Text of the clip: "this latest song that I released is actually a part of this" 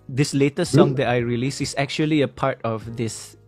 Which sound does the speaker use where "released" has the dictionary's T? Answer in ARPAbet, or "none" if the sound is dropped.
none